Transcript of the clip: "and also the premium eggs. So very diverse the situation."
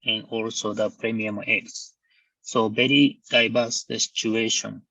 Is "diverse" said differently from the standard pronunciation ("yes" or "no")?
yes